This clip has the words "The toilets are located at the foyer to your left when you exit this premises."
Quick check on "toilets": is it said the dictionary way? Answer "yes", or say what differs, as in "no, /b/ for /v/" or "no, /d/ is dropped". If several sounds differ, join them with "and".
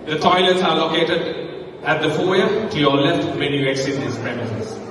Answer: yes